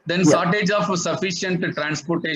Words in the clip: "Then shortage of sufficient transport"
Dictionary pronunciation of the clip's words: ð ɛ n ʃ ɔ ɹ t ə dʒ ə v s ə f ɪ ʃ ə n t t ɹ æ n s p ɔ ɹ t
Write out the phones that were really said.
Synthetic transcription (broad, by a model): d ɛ n s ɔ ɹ t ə dʒ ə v s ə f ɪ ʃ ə n t t ɹ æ n s p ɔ ɹ t